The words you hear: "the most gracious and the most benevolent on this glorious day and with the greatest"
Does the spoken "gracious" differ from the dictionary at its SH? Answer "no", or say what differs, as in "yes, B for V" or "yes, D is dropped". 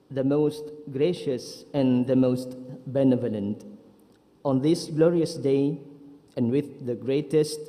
no